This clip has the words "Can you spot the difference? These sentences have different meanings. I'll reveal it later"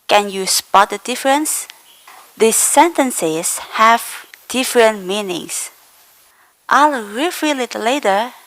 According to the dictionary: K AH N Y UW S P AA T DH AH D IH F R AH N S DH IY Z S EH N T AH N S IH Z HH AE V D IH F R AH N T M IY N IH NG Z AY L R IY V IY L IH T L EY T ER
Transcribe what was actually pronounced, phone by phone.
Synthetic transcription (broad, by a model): K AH N Y UW S P AA T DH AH D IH F R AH N S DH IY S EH N T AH N S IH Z HH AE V D IH F R AH N T M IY N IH NG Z AY L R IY F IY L IH T L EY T ER